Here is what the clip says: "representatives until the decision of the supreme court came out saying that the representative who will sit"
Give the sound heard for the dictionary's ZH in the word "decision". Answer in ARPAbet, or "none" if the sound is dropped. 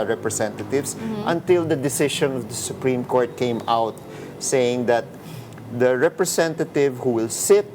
SH